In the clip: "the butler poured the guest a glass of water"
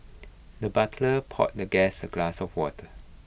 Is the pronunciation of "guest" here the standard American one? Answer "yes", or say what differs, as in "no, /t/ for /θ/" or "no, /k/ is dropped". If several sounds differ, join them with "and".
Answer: no, /t/ is dropped